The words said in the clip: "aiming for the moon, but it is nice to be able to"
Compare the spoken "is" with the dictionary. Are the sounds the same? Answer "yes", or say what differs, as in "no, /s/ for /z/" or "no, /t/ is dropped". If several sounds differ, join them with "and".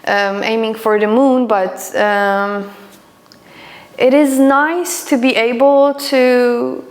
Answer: yes